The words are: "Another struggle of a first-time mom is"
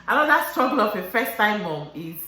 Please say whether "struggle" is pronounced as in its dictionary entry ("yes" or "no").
yes